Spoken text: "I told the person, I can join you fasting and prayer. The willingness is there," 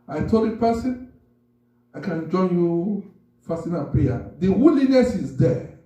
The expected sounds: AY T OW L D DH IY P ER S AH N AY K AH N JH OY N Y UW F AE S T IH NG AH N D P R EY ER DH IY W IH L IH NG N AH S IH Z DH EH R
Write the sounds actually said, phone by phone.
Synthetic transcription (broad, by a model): AY T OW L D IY P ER S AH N AY K AH N JH OY N Y UW F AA S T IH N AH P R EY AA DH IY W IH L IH N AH S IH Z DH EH